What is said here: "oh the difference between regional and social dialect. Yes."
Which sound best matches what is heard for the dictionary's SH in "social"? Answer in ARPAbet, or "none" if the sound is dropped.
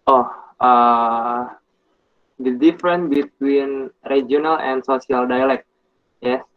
S